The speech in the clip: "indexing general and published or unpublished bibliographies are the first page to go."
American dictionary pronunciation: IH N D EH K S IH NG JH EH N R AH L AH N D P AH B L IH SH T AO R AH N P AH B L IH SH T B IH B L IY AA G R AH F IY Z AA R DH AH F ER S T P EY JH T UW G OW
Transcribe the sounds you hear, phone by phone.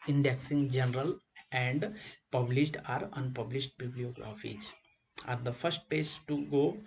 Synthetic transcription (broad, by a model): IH N D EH K S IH NG JH EH N R AH L AH N D P AH B L IH SH T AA R AH N P AH B L IH SH T B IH B L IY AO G R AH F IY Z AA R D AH F ER S T P EY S T UW G OW